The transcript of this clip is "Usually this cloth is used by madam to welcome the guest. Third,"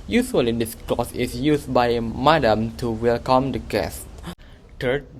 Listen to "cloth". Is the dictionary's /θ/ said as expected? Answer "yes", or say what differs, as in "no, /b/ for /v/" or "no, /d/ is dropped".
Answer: no, /s/ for /θ/